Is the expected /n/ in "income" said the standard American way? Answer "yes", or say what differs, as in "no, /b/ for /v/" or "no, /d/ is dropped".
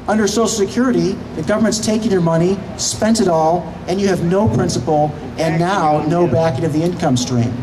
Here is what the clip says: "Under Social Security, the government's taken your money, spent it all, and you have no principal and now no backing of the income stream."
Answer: yes